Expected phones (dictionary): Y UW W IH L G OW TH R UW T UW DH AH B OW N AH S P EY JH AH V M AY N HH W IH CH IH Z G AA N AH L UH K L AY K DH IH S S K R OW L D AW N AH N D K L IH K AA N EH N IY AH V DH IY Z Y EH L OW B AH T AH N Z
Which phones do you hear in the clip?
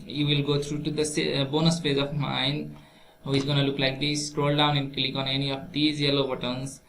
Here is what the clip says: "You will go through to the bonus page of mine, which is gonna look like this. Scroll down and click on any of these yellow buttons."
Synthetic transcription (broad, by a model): Y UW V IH L G OW T R UW T UW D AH B OW N AH S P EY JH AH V M AY N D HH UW IH Z G AA N AH L UH K L AY K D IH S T R OW L D AW N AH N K L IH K AA N EH N IY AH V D IY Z Y EH L OW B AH T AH N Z